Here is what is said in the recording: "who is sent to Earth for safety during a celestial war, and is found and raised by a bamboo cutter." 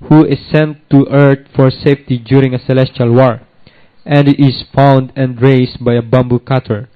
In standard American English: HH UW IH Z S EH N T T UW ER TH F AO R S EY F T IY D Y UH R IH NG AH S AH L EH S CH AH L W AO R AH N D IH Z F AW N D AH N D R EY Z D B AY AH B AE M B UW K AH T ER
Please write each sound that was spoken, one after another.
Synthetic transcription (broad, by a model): HH UW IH S EH N T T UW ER T F AO R S EY F T IY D Y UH R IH NG AH S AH L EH S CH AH L W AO R AH N D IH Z F AW N D AH N D R EY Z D B AY AH B AE M B UW K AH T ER